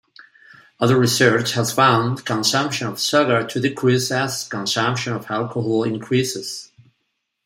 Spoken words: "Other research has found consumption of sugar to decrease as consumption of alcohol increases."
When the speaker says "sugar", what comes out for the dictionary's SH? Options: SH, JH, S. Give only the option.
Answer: S